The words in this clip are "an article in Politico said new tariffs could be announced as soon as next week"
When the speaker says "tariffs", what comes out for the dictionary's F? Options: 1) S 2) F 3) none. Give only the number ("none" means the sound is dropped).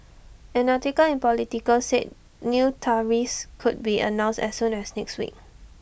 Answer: 3